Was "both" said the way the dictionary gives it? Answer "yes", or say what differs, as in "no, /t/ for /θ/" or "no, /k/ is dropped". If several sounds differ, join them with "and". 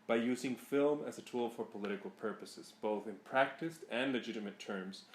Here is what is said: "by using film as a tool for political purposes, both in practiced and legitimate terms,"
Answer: yes